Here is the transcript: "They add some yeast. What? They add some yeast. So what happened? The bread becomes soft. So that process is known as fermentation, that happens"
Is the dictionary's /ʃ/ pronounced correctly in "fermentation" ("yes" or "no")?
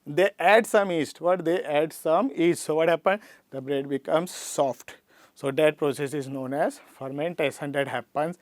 no